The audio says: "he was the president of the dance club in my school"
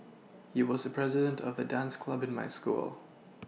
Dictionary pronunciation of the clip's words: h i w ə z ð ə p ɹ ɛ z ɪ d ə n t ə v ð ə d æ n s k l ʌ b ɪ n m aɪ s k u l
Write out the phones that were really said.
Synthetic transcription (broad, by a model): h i w ə z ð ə p ɹ ɛ z ɪ d ə n t ə v ð ə d æ n s k l ʌ b ɪ n m aɪ s k u l